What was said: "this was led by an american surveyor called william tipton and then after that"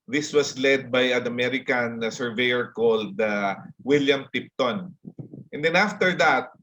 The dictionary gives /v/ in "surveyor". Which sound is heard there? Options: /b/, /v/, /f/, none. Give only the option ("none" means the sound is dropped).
/v/